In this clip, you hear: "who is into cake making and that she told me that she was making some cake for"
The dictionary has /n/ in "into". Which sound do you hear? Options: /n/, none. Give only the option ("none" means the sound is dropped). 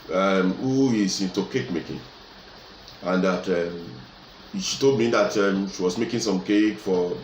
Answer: /n/